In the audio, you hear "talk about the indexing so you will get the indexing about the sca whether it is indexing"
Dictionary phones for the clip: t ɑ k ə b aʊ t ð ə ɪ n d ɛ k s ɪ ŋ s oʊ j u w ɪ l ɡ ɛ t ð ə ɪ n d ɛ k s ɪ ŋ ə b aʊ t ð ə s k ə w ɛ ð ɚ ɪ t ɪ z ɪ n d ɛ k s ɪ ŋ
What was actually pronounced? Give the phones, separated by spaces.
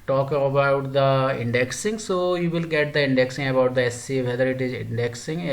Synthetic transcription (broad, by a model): t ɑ k ə b aʊ t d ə ɪ n d ɛ k s ɪ ŋ s oʊ j u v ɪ l ɡ ɛ t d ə ɪ n d ɛ k s ɪ ŋ ə b aʊ t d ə s ə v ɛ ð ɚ ɪ t ɪ z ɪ n d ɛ k s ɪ ŋ